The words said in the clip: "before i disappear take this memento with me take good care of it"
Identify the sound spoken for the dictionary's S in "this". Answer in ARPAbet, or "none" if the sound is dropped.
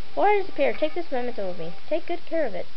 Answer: S